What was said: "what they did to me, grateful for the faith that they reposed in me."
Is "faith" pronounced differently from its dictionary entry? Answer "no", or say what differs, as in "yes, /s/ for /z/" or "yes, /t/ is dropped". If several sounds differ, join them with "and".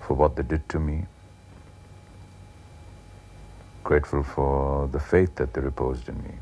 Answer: no